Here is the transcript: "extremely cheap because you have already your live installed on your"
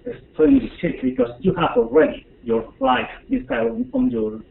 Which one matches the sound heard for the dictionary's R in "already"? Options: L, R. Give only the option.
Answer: R